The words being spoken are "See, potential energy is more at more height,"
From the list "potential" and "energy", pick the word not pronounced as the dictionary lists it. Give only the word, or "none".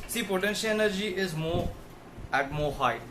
none